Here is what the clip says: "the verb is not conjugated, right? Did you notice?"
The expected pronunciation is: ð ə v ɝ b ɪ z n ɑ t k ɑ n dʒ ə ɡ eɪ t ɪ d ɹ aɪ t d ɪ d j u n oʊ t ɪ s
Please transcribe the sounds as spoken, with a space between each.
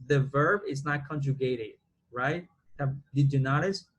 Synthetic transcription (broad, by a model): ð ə v ɝ b ɪ z n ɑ t k ɑ n dʒ ə ɡ eɪ t ɪ d ɹ aɪ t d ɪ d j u n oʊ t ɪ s